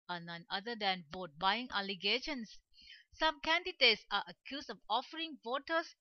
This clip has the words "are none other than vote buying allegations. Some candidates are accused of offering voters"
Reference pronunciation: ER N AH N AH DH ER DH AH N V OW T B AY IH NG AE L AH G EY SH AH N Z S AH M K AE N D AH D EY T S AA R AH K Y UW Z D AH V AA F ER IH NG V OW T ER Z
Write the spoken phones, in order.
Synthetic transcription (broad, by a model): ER N AH N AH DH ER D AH N B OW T B AY IH NG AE L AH G EY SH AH N S AH M K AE N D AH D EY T S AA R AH K Y UW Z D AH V AA F ER IH NG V OW T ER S